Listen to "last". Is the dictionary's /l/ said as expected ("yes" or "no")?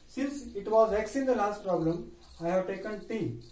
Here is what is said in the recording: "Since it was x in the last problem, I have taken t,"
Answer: yes